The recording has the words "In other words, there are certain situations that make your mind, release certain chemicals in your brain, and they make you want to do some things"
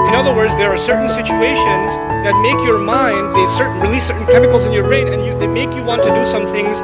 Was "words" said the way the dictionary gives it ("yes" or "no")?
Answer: yes